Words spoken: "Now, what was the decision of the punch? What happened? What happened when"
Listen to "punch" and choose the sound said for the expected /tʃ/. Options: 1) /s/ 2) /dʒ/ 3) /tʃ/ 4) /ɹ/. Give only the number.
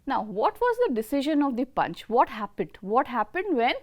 3